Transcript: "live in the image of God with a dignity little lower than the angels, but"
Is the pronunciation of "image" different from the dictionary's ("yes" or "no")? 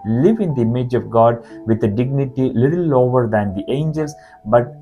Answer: no